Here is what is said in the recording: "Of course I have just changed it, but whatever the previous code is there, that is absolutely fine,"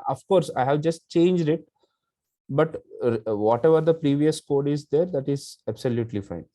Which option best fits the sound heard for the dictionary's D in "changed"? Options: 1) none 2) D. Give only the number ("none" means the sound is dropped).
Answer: 2